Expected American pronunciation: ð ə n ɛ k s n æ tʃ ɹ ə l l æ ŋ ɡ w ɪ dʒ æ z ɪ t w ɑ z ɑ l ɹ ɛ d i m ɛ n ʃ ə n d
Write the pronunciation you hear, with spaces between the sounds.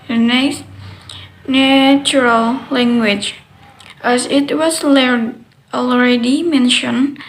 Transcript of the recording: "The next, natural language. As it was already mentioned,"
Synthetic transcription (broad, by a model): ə n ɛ s n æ tʃ ɹ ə l l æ ŋ ɡ w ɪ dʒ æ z ɪ t w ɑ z ɑ l ɹ ɛ d i m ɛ n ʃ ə n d